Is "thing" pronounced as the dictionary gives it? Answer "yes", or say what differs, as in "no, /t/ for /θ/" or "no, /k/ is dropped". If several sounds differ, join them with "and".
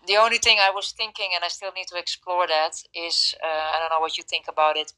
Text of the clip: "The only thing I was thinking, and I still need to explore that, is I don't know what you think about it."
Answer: yes